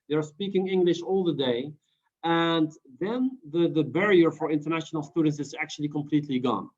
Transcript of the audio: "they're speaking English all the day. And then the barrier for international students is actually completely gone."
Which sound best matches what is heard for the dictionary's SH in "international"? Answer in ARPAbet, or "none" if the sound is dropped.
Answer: SH